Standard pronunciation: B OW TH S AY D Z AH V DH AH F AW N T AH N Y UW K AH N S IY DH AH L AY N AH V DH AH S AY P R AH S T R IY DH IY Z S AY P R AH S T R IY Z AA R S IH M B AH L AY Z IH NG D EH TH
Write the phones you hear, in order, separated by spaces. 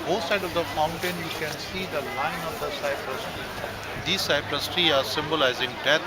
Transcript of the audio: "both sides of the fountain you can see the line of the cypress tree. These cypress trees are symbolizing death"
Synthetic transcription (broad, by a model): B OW S AY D AH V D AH F AW N T AH N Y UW K AH N S IY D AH L AY N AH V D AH S AY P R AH S T R IY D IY S AY P R AH S T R IY AA R S IH M B AH L AY Z IH NG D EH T